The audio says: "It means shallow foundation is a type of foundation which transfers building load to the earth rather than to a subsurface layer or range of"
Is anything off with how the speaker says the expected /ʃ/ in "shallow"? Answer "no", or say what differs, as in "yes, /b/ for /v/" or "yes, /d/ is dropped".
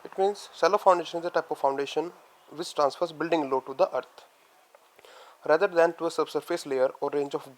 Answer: yes, /s/ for /ʃ/